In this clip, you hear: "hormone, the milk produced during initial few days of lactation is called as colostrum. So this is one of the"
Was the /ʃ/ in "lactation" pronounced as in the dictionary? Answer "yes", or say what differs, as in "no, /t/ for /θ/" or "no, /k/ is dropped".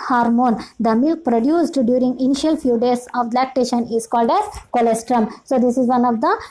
yes